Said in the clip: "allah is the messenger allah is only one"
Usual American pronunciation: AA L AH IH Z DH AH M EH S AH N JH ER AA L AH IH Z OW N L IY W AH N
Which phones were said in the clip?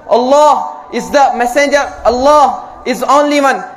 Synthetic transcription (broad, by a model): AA L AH IH Z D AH M EH S AH N JH ER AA L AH IH Z OW N L IY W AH N